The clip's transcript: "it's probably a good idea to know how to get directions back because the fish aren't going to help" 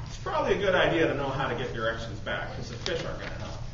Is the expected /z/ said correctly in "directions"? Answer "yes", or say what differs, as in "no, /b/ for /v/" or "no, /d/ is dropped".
yes